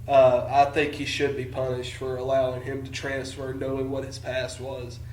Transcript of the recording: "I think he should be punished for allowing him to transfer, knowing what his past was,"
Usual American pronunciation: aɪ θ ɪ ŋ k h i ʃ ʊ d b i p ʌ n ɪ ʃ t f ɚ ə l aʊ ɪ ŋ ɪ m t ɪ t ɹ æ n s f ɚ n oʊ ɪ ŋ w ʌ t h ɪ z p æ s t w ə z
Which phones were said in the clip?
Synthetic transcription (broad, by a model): aɪ θ ɪ ŋ k h i ʃ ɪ d b i p ʌ n ɪ ʃ t f ɚ ə l aʊ ɪ ŋ ɪ m t ɪ t ɹ æ n s f ɚ n oʊ ɪ ŋ w ʌ t h ɪ z p æ s t w ə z